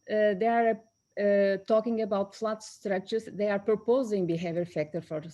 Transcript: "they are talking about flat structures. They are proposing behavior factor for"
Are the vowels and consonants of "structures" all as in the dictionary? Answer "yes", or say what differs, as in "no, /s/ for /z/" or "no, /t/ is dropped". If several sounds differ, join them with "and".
no, /k/ is dropped